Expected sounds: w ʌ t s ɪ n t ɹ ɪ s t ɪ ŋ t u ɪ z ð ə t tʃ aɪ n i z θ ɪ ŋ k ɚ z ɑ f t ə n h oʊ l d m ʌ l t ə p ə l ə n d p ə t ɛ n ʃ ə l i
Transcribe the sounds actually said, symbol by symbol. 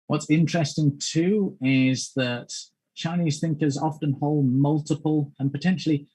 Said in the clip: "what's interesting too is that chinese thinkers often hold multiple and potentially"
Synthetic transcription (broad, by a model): w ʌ t s ɪ n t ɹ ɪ s t ɪ ŋ t u ɪ z ð ə t tʃ aɪ n i z θ ɪ ŋ k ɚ z ɑ f t ə n h oʊ l d m ʌ l t ə p ə l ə n p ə t ɛ n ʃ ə l i